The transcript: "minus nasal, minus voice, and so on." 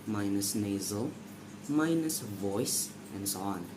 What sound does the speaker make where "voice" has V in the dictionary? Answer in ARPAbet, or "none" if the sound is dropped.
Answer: V